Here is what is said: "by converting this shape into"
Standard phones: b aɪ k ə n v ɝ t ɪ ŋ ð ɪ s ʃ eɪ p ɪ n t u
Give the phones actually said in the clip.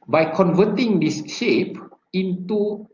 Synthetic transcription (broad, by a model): b aɪ k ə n v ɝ t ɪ ŋ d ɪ s ʃ eɪ p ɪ n t u